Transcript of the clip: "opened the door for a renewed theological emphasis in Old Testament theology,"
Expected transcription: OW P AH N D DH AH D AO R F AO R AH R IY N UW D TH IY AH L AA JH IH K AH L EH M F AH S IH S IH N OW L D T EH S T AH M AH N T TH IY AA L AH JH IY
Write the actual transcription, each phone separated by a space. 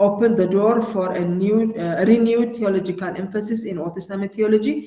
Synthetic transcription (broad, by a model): OW P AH N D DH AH D AO R F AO R AH R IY N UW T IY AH L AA JH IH K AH L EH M F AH S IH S IH N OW D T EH S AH M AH T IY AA L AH JH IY